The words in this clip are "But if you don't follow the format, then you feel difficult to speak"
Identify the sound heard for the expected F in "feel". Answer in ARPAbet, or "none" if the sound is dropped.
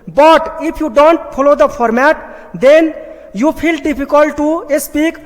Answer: P